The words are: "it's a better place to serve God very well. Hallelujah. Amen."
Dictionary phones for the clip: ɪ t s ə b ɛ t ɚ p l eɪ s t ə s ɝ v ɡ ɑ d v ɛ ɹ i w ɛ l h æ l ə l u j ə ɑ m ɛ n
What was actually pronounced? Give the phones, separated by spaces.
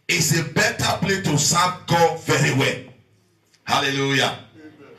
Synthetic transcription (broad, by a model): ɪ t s ə b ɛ t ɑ p l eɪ t ə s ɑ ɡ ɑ v ɛ ɹ i w ɛ l h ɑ l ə l u j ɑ